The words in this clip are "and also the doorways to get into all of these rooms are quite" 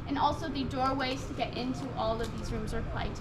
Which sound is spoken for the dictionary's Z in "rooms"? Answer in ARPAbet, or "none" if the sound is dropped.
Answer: Z